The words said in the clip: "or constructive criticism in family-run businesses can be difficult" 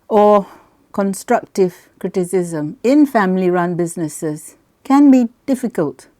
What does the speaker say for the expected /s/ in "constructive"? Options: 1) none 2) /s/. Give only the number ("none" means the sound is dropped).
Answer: 2